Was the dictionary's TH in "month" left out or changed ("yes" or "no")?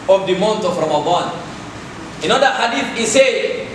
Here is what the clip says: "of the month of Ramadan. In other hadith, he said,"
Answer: yes